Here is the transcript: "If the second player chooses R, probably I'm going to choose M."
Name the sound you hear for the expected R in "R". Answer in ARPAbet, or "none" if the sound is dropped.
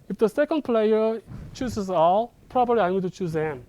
L